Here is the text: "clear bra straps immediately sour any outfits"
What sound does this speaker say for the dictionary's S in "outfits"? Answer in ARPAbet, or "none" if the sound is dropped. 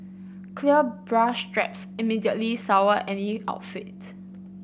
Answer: none